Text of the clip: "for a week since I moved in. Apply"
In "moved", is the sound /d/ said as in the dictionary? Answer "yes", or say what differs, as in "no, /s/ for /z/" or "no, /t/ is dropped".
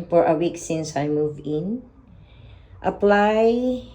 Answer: no, /d/ is dropped